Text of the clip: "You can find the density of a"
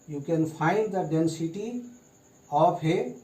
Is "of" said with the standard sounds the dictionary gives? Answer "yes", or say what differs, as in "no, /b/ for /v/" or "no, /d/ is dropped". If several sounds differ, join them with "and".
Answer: no, /p/ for /v/